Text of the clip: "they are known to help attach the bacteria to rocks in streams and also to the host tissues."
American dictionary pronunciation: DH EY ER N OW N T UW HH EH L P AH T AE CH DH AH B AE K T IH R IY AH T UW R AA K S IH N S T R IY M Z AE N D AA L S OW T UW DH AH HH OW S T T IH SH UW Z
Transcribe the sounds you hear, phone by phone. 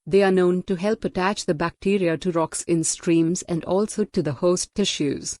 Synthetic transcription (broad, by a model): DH EY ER N OW N T UW HH EH L P AH T AE CH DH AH B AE K T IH R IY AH T UW R AA K S IH N S T R IY M Z AE N D AA L S OW T UW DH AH HH OW S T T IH SH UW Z